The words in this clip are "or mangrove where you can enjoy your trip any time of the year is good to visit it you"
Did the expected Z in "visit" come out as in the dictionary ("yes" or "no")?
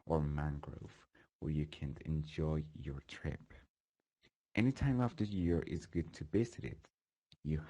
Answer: no